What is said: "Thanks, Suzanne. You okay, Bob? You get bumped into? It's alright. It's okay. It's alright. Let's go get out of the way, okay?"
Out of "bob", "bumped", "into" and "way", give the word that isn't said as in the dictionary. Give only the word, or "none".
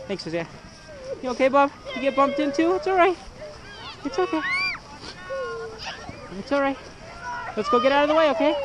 none